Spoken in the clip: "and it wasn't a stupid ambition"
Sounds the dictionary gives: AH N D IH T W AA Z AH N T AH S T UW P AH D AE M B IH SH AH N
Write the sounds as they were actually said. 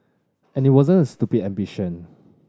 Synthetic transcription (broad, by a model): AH N IH T W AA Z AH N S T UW B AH AE M B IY SH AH N